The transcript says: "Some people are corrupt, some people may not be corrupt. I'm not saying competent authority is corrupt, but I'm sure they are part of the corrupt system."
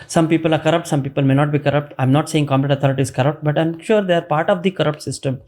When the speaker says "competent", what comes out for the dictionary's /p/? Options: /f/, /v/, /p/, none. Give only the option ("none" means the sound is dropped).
none